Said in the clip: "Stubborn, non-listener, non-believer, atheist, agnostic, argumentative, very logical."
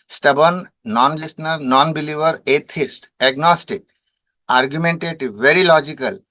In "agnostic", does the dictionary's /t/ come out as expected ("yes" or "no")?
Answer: yes